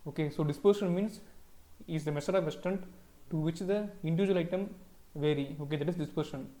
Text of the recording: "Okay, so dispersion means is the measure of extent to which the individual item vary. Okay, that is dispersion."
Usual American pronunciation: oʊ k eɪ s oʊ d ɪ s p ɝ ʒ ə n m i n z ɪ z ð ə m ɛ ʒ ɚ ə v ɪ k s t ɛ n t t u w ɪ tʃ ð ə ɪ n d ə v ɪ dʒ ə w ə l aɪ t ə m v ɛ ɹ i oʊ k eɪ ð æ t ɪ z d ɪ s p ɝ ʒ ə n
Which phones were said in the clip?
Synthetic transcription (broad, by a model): oʊ k eɪ s oʊ d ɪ s p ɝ ʃ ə n m i n s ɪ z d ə m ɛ s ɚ ə v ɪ s t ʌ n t t u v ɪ tʃ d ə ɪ n d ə v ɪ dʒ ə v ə l aɪ t ə m v ɛ ɹ i oʊ k eɪ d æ t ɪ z d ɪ s p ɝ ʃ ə n